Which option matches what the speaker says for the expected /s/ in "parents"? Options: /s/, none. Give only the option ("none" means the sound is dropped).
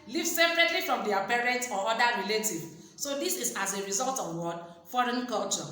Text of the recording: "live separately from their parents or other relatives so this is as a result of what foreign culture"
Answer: none